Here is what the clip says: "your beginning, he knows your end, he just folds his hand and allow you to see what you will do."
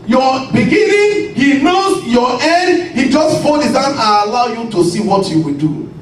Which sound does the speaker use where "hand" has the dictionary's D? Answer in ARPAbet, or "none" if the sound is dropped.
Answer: none